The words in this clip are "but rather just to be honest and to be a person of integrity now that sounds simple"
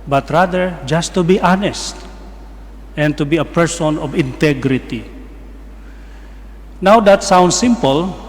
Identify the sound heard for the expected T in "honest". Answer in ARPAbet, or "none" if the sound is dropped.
T